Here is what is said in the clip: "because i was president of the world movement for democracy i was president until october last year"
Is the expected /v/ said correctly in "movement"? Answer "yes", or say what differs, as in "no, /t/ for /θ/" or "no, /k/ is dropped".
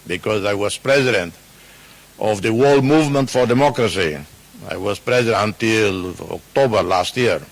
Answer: yes